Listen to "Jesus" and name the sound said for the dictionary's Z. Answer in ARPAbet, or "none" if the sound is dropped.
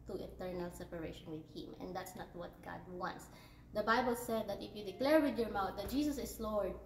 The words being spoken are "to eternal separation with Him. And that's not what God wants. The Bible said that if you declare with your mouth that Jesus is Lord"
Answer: S